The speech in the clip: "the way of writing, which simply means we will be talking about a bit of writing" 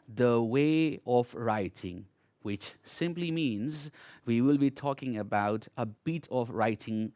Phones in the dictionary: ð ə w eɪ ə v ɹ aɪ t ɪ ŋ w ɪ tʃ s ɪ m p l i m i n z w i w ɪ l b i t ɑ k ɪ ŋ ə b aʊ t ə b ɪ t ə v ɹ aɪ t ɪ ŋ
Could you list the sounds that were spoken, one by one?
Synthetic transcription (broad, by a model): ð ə w eɪ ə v ɹ aɪ t ɪ ŋ w ɪ tʃ s ɪ m p l i m i n z w i w ɪ l b i t ɑ k ɪ ŋ ə b aʊ t ə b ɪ t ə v ɹ aɪ t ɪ ŋ